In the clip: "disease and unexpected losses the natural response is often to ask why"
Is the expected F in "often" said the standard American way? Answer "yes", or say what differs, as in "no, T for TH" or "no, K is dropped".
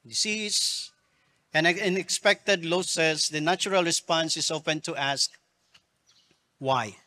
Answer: no, P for F